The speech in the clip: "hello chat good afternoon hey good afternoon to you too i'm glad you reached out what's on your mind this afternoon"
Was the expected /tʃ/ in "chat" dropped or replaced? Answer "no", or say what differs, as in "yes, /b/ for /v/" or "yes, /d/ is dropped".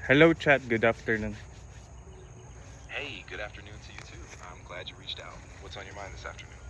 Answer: no